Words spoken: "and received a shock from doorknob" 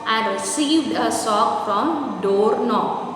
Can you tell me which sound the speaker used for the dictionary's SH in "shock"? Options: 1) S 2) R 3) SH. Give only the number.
1